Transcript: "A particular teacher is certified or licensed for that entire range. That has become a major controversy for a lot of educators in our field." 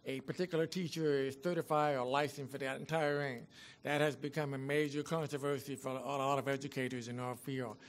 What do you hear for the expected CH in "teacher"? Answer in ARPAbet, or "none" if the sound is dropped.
CH